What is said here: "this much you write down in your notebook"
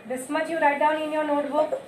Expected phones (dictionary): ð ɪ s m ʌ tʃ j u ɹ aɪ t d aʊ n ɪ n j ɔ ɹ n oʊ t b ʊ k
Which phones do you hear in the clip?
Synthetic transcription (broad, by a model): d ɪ s m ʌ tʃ j u ɹ aɪ t d aʊ n ɪ n j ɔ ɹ n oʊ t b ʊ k